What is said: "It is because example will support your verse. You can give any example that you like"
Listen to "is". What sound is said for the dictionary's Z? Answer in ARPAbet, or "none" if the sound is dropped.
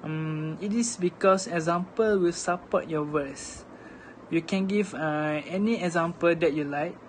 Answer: S